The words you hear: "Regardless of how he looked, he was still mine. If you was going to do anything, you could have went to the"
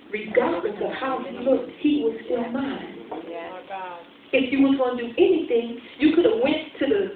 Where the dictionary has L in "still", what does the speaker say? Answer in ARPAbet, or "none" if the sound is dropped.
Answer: N